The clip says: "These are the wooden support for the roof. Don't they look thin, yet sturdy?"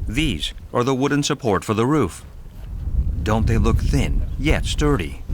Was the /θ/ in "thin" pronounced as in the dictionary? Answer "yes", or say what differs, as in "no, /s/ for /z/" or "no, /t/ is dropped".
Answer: yes